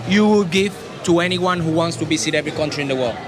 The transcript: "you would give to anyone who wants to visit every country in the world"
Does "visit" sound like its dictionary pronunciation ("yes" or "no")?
no